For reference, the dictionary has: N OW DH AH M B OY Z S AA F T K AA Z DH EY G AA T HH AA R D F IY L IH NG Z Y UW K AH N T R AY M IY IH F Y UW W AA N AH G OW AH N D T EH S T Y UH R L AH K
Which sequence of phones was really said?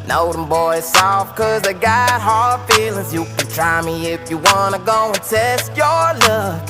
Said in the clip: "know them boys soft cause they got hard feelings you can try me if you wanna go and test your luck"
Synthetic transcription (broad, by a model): N OW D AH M B OY Z S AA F K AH Z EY G AA T HH AA R D F IY L IH NG Z Y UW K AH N T R AY M IY IH F Y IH W AA N AH G OW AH N T EH S T Y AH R L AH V